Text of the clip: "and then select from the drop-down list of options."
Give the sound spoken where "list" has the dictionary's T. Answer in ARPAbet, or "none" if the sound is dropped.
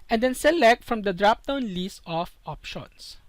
none